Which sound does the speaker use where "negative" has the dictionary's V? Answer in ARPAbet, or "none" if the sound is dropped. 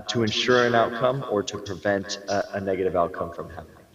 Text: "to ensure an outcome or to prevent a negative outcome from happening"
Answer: V